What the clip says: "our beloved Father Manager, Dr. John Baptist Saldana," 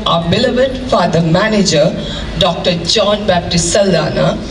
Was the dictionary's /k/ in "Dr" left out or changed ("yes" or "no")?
no